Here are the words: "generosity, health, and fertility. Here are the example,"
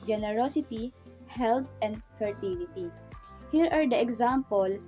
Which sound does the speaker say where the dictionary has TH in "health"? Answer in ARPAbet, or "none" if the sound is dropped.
T